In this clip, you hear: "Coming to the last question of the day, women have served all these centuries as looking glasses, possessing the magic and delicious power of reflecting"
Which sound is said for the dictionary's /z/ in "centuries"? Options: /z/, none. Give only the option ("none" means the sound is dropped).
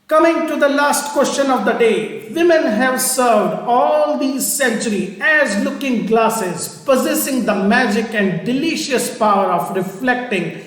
none